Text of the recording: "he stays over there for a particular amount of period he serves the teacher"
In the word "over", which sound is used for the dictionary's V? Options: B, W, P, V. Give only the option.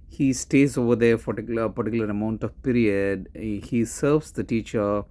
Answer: V